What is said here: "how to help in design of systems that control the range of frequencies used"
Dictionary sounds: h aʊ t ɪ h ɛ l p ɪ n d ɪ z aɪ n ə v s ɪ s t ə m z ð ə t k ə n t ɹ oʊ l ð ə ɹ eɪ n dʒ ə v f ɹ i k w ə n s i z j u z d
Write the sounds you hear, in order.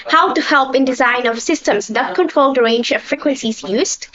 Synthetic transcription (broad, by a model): h aʊ t ɪ h ɛ l p ɪ n d ɪ z aɪ n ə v s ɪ s t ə m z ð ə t k ə n t ɹ oʊ l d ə ɹ eɪ n dʒ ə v f ɹ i k w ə n s i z j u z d